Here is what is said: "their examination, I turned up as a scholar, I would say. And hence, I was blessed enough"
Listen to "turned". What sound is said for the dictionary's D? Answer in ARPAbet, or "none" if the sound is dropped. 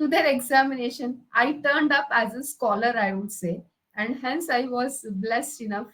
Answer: D